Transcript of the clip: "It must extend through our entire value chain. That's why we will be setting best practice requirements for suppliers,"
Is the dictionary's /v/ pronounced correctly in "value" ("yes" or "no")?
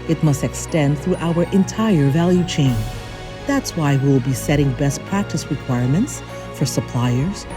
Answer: yes